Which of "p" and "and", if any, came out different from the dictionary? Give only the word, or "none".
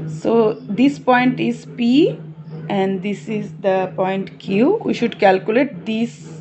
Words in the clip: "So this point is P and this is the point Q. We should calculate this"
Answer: none